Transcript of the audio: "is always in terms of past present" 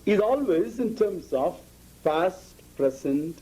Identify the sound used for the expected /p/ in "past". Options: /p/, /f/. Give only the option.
/f/